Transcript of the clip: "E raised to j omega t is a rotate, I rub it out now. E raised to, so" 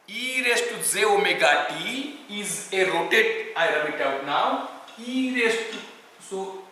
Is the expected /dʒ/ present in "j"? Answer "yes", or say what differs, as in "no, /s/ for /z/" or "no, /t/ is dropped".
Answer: no, /z/ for /dʒ/